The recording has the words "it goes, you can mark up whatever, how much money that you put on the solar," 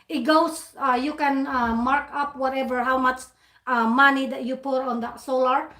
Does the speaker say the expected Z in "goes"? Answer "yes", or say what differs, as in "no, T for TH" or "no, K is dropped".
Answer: no, S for Z